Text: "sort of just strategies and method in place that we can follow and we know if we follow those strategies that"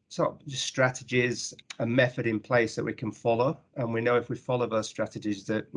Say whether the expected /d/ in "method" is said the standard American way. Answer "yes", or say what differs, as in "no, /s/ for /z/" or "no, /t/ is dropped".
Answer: yes